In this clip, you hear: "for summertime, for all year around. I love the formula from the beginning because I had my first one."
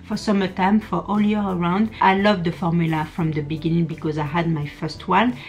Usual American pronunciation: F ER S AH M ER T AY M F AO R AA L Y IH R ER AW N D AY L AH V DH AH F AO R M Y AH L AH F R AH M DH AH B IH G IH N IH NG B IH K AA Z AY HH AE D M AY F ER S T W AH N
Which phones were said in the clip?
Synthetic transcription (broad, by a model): F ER S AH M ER T AY M F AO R AA L Y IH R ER AW N D AY L AH V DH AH F AO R M Y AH L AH F R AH M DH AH B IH G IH N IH NG B IH K AA Z AY HH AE D M AY F ER S T W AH N